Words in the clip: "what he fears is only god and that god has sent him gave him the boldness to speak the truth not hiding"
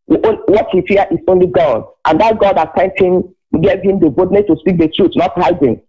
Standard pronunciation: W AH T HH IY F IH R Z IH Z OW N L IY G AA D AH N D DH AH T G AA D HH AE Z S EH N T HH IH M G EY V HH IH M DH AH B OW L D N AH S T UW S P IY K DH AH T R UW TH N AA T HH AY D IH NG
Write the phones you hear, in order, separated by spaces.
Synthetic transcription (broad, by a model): W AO T HH IY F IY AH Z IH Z OW N L IY G AA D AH N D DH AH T G AA D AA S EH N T HH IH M G EY V HH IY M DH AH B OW D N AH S T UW S P IY K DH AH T R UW T N AA T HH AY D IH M